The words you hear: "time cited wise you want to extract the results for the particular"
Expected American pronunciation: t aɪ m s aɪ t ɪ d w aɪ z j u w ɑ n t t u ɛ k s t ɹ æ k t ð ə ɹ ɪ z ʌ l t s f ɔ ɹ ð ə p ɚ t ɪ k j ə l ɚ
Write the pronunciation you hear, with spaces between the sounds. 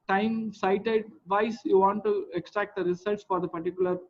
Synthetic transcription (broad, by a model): t aɪ m s aɪ t ɪ d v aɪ s j u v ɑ n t t u ɛ k s t ɹ æ k t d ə ɹ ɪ s ʌ l t s f ɔ ɹ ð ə p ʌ t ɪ k j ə l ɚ